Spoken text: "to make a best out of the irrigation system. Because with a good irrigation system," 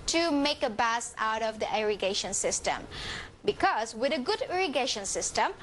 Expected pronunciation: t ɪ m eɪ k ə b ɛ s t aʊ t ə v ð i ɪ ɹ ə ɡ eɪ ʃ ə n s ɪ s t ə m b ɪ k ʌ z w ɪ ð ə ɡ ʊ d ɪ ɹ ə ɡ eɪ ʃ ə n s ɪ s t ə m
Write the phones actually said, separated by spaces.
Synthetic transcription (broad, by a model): t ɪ m eɪ k ə b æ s aʊ t ə v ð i ɪ ɹ ə ɡ eɪ ʃ ə n s ɪ s t ə m b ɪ k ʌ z w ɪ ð ə ɡ ʊ d ɪ ɹ ə ɡ eɪ ʃ ə n s ɪ s t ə m